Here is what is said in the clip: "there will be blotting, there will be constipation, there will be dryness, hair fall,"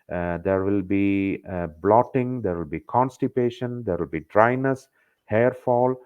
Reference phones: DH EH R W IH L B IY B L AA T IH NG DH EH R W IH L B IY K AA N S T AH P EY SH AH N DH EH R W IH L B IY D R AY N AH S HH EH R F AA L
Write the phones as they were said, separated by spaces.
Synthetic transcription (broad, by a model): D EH R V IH L B IY B L AA T IH NG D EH R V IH L B IY K AA N S T AH P EY SH AH N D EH R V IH L B IY D R AY N AH S HH EH R F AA L